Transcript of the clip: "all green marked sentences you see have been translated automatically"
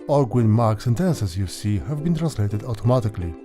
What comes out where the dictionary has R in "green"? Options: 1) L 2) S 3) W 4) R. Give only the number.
3